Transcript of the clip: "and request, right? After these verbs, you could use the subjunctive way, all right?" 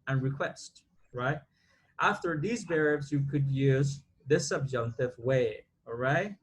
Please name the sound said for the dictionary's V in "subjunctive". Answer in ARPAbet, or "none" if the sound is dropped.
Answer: V